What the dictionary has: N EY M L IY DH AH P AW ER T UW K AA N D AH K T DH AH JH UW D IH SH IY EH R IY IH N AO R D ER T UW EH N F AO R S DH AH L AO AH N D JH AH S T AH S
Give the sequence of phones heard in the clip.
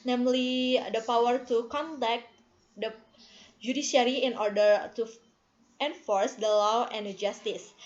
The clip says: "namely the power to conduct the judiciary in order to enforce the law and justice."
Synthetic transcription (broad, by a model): N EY M L IY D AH P AW ER T UW K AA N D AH K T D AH JH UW D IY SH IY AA R IY IH N AO R D ER T UW EH N F AO R S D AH L AO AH N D JH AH S T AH S